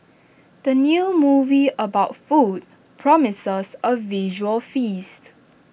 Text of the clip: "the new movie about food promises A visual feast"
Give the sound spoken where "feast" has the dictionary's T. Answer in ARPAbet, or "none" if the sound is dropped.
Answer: T